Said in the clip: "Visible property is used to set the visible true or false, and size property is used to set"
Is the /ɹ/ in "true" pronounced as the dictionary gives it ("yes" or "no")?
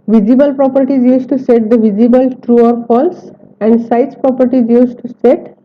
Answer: yes